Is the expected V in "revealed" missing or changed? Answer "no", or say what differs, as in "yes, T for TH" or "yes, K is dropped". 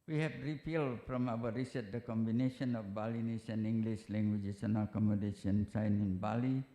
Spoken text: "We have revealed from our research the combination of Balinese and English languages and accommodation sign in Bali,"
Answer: yes, P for V